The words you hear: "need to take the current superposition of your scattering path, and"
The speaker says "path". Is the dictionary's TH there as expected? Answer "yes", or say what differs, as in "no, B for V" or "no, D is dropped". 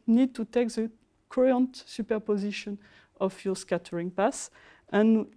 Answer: no, S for TH